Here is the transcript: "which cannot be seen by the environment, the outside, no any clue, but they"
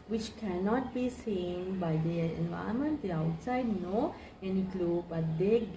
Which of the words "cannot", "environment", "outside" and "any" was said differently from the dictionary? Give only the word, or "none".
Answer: environment